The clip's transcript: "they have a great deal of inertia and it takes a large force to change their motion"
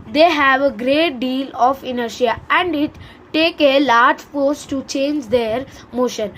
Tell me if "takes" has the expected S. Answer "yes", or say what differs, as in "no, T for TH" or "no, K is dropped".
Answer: no, S is dropped